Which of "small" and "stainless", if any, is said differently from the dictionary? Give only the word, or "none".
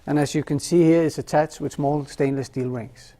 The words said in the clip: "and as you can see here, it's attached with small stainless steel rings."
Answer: none